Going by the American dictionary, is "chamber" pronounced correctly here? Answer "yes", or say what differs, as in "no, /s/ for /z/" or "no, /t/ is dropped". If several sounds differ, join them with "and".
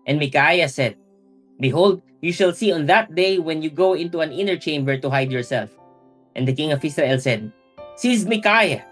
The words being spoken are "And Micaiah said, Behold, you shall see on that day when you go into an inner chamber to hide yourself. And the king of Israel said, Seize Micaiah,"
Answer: yes